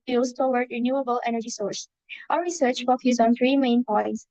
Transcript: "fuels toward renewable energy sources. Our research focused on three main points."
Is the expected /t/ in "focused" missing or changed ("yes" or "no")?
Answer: yes